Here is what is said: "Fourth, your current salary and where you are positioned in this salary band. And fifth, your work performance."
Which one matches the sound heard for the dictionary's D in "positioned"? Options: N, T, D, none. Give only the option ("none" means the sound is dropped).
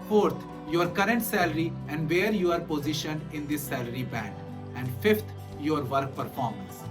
none